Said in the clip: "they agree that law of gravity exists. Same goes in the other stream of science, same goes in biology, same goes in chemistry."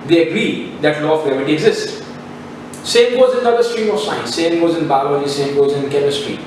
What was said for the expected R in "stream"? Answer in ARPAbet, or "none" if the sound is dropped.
R